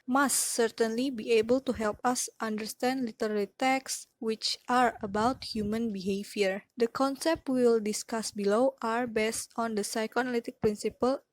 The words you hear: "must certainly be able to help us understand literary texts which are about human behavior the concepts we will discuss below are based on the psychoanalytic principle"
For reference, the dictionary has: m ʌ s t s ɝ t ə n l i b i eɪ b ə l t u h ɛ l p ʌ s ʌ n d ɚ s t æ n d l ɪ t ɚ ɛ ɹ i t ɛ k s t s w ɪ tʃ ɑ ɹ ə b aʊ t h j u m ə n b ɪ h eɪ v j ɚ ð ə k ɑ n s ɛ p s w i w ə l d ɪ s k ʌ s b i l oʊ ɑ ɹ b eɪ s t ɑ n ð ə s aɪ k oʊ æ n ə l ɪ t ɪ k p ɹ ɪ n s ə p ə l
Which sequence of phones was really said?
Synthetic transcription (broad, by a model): m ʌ s t s ɝ t ə n l i b i eɪ b ə l t u h ɛ l p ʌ s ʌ n d ɚ s t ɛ n d l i t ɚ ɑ l i t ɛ k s s w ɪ tʃ ɑ ɹ ə b aʊ t h j u m ə n b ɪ h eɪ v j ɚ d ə k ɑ n s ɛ p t w i l d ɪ s k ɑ s b i l oʊ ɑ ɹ b eɪ s t ɑ n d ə s aɪ k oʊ n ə l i t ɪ k p ɹ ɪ n s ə p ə l